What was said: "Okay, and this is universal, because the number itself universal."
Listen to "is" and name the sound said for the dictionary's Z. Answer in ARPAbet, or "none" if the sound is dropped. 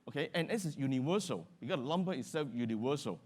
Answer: S